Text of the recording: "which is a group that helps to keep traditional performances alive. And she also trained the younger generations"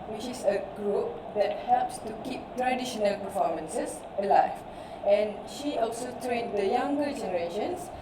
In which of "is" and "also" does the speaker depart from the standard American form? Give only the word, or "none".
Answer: is